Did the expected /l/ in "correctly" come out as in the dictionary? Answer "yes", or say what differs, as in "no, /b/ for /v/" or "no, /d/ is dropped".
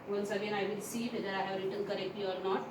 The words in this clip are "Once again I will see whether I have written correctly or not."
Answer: no, /l/ is dropped